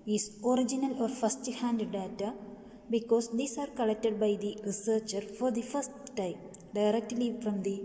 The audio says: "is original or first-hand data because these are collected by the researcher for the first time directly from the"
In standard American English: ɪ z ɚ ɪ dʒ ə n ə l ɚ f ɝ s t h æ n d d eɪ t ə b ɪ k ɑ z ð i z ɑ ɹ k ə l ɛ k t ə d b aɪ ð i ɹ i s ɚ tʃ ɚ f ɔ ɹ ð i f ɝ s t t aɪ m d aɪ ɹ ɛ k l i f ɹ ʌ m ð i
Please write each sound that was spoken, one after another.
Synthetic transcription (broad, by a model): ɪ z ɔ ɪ dʒ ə n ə l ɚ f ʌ s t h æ n d d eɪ t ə b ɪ k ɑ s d i s ɑ ɹ k ə l ɛ k t ə d b aɪ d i ɹ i s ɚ tʃ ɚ f ɔ ɹ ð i f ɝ s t t aɪ m d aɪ ɹ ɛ k l i f ɹ ʌ m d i